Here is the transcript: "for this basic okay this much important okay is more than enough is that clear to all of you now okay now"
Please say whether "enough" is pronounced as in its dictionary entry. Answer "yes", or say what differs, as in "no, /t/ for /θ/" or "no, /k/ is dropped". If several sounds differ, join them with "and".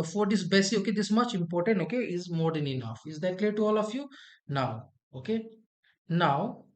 yes